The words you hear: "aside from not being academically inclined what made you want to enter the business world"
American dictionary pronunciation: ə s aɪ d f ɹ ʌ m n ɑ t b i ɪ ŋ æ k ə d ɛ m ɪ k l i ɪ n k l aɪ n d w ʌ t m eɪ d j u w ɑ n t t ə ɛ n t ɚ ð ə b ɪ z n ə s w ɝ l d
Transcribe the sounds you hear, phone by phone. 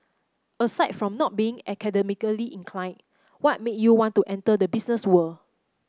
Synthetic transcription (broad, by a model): ə s aɪ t f ɹ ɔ m n ɑ t b i ɪ ŋ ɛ k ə d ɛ m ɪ k l i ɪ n k l aɪ n w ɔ t m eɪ j u w ɑ n t t ɛ n t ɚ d ə b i s n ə s w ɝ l